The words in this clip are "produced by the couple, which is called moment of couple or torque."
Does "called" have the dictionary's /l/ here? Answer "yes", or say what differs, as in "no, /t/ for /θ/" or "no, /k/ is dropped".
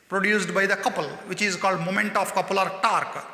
yes